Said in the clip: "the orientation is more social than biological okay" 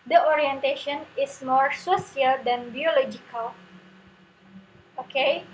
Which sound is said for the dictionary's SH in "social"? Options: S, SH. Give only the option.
S